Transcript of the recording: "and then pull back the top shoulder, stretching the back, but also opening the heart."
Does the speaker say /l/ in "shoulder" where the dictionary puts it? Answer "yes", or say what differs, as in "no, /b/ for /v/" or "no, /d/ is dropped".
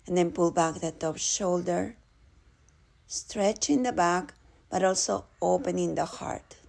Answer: yes